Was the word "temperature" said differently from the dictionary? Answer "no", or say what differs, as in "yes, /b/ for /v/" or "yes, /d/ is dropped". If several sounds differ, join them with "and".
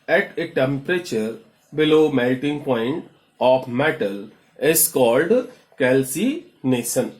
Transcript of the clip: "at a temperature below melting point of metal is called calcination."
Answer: no